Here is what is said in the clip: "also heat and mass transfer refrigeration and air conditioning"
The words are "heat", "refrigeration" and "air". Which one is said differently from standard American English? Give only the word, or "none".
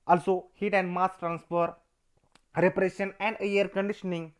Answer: refrigeration